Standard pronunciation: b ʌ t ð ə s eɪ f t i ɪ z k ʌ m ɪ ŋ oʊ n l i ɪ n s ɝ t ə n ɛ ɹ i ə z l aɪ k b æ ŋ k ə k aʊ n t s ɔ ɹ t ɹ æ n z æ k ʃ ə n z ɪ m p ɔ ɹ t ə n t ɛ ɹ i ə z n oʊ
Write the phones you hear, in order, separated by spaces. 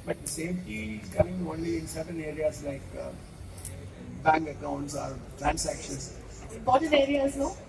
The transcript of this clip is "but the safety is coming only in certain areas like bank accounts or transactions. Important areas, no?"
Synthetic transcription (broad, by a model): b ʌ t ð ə s eɪ f t i ɪ z k ʌ m ɪ ŋ oʊ n l i ɪ n s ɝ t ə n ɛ ɹ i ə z l aɪ k b æ ŋ k ə k aʊ n t s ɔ ɹ t ɹ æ n s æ k ʃ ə n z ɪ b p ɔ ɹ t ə t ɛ ɹ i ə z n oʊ